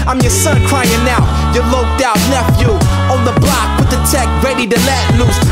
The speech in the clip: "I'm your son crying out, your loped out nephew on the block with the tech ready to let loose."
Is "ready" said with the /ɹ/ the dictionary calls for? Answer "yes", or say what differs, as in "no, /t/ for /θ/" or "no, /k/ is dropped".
yes